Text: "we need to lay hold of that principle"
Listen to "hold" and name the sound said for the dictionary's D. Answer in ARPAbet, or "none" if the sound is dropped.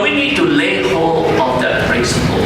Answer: none